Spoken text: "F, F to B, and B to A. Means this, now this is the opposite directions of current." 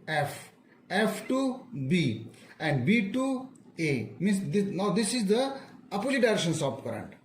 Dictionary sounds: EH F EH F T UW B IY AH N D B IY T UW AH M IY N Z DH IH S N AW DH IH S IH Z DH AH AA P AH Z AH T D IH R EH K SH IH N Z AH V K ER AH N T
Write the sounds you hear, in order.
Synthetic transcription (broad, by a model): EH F EH F T UW B IY AH N D B IY T UW AH M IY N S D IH N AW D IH S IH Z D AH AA P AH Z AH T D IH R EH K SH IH N S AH P K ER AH N T